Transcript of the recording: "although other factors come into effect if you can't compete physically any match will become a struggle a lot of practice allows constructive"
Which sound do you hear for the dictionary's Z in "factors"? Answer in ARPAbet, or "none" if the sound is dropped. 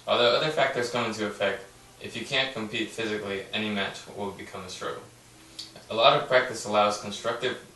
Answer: Z